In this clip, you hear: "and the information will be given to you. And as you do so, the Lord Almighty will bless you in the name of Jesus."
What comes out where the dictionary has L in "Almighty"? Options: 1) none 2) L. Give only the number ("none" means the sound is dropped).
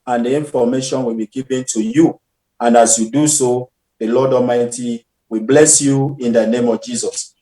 1